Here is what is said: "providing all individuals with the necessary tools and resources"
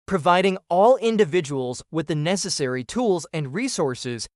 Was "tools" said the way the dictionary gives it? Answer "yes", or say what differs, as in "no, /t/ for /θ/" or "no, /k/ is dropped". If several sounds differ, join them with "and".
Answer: yes